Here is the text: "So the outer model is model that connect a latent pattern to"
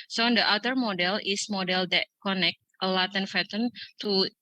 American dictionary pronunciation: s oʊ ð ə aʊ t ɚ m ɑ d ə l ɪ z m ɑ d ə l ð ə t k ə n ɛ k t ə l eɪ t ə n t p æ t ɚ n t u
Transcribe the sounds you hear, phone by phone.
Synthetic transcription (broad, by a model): s oʊ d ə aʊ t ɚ m ɑ d ə l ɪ s m ɑ d ə l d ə t k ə n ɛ k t ə l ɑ t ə n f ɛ t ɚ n t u